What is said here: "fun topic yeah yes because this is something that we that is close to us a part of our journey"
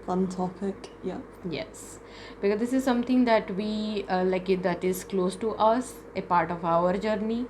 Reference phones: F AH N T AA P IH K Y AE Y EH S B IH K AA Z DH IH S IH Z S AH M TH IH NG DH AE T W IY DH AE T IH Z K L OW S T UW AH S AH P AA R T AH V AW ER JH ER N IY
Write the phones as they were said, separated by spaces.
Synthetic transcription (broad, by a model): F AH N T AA F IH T Y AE Y EH S B IH K AA Z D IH S IH Z S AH M T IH NG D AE T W IY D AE T IH Z K L OW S T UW AH S AH P AA R T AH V AW ER JH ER N IY